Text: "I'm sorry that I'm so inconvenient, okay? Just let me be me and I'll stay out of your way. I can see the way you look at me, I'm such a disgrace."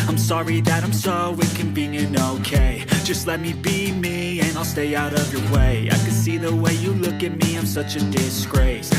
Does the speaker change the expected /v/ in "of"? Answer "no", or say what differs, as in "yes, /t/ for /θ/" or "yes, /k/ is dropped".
no